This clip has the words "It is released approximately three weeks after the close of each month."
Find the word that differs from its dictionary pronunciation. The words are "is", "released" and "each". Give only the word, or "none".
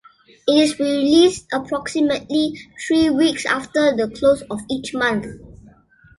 is